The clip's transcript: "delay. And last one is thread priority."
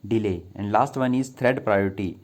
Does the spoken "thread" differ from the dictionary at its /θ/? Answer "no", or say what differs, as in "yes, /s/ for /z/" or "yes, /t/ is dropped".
yes, /t/ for /θ/